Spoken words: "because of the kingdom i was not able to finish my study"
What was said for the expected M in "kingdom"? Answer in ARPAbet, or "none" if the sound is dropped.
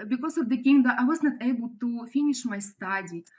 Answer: none